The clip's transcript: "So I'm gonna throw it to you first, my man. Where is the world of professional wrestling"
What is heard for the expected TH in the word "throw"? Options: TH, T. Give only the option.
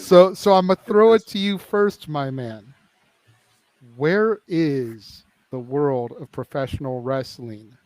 TH